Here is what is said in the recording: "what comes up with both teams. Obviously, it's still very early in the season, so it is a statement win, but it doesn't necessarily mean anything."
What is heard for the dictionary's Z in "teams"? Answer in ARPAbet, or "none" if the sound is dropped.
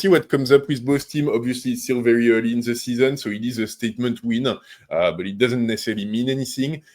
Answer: none